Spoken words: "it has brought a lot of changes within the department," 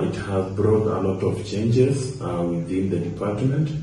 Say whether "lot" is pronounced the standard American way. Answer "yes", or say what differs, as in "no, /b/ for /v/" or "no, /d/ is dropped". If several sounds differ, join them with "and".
yes